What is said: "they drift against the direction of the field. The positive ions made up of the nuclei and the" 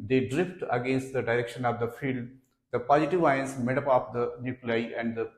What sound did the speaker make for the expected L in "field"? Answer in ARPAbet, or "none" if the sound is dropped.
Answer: L